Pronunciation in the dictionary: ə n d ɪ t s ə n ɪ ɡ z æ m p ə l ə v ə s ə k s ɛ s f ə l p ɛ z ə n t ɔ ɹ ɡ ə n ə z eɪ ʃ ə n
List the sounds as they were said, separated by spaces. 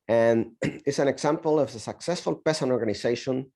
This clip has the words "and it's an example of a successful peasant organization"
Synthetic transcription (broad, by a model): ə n ɪ t s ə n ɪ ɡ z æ m p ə l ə v ə s ə k s ɛ s f ə l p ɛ s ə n ɔ ɹ ɡ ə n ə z eɪ ʃ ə n